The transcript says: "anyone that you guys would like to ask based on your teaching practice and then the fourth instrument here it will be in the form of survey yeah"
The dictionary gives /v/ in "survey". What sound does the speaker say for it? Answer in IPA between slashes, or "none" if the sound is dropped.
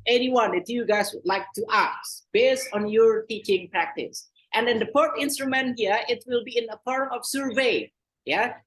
/v/